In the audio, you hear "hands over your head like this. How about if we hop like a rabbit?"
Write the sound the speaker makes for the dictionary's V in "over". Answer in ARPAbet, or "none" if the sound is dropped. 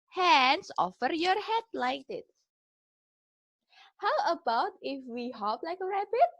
F